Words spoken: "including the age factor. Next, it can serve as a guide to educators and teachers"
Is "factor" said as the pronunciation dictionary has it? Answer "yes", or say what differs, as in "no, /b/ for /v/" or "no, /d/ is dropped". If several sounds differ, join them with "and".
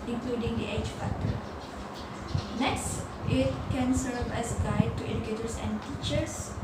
no, /k/ is dropped